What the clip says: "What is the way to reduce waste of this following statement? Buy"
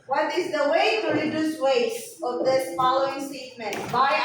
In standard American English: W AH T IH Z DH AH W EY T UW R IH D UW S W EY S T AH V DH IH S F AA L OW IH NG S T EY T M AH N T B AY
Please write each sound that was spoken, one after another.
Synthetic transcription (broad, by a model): W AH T IH Z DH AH W EY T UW R IH D UW S W EY T AH V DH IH S F AA L OW IH NG S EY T M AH N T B AY